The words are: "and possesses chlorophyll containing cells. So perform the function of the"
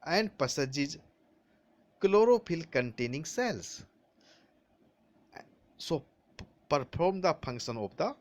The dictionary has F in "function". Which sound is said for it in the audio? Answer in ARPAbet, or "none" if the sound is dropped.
P